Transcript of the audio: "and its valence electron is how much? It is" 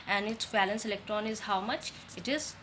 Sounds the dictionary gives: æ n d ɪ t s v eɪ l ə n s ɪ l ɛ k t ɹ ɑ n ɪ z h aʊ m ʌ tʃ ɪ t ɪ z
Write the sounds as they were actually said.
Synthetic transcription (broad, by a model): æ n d ɪ t s b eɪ l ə n s ɪ l ɛ k t ɹ ɑ n ɪ z h aʊ m ʌ tʃ ɪ t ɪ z